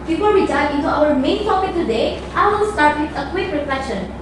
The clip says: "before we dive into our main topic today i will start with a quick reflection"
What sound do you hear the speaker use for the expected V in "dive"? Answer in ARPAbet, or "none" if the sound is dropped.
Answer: none